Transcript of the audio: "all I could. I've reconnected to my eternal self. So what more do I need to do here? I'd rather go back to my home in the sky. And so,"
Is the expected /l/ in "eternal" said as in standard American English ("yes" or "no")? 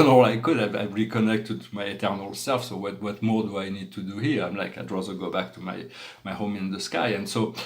yes